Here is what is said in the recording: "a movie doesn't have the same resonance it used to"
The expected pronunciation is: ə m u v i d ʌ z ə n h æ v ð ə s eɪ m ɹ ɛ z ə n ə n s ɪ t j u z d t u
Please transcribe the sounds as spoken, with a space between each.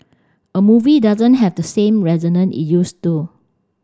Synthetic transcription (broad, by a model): ə m u v i d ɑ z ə n h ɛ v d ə s eɪ m ɹ ɛ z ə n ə n ɪ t j u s t u